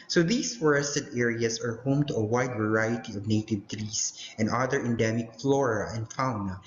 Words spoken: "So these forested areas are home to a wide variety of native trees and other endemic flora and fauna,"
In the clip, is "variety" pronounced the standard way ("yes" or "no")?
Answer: yes